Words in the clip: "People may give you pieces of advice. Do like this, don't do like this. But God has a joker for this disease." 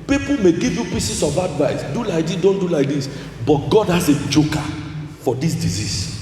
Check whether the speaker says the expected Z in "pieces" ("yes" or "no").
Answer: no